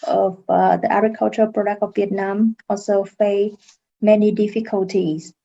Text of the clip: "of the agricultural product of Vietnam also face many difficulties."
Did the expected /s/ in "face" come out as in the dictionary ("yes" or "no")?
no